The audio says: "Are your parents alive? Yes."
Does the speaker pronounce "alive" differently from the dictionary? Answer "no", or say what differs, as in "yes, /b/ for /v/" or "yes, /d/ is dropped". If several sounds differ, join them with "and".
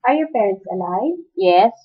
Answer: yes, /n/ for /l/